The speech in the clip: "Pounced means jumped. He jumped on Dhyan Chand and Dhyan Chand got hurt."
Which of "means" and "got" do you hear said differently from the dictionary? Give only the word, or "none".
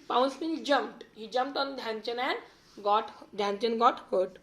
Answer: means